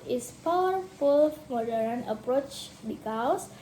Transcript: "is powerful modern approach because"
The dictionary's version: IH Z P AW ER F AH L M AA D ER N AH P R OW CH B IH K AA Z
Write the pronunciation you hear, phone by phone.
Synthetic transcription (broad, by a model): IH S P AW ER F AH L M AA D ER N AH P R OW CH B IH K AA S